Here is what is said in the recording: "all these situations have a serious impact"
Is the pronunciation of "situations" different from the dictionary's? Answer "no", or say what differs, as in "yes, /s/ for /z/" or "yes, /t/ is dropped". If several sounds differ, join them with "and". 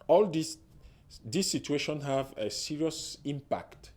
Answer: yes, /z/ is dropped